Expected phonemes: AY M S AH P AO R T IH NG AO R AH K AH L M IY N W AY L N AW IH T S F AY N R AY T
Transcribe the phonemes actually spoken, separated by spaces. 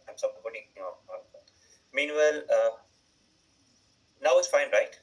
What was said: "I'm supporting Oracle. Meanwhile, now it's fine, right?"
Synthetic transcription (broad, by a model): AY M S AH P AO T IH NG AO AH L M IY N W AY L N AW IH T S F AY N R AY T